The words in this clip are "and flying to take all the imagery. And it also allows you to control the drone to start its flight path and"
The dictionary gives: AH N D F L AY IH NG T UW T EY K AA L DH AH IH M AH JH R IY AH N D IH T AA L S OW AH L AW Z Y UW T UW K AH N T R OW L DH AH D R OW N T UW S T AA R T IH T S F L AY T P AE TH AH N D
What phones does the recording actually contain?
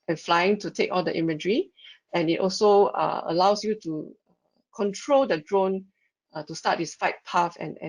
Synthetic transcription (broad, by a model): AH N F L AY IH NG T UW T EY K AA L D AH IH M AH JH R IY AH N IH T AA L S OW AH L AW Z Y UW T UW K AH N T R OW L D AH D R OW N T UW S T AA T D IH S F AY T P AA F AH N